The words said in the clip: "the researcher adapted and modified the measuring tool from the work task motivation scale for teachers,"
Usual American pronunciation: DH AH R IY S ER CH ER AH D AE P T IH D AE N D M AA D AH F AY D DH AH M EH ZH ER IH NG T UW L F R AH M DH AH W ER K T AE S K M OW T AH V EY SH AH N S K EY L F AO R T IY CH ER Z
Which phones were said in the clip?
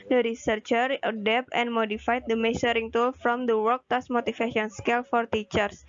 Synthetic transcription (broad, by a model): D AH R IY S ER CH ER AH D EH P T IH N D M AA D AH F AY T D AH M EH S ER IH NG T UW L F R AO M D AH W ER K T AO S M OW T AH F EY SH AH N S K EY L F AO R T IY CH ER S